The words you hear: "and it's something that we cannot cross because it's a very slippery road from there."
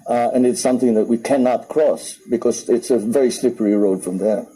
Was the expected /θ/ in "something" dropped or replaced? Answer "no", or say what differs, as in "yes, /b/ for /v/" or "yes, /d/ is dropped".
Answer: no